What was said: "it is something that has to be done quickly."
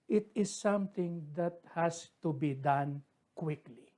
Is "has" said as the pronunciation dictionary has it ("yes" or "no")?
no